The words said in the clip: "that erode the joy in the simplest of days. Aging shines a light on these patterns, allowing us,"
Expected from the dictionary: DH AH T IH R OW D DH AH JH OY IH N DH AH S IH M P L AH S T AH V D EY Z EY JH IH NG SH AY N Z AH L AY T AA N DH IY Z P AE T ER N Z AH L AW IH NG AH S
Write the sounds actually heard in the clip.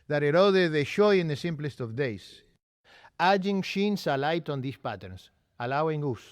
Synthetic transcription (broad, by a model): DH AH T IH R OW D DH AH SH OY IH N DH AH S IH M P L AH S T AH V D EY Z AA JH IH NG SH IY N S AH L AY T AA N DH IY S P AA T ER N S AH L AW IH NG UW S